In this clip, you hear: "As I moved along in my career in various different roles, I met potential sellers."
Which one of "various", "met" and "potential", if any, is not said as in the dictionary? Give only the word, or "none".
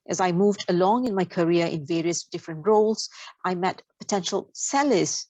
none